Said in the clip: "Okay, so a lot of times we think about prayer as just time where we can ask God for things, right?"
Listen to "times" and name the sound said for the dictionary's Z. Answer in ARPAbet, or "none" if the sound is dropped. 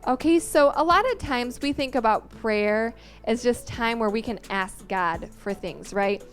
Z